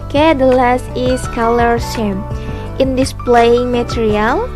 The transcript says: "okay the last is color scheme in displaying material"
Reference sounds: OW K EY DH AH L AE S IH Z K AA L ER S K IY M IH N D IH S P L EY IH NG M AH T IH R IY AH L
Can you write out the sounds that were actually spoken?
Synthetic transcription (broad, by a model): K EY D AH L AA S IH S K AA L ER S IY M IH N D IH S P L EY IH NG M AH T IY R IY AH L